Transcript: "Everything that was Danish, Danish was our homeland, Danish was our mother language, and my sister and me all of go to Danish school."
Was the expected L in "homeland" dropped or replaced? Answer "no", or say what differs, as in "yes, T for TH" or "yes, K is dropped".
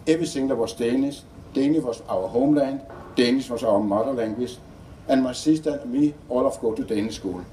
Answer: no